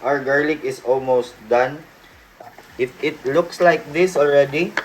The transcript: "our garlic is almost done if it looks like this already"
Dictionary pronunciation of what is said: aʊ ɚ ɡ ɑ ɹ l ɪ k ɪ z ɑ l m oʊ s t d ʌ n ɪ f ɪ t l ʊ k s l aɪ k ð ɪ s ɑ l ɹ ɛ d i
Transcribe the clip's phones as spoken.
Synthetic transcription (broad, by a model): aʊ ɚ ɡ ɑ ɹ l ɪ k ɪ s ɑ l m oʊ s t d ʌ n ɪ f ɪ t l ʊ k s l aɪ k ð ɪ s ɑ l ɹ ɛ d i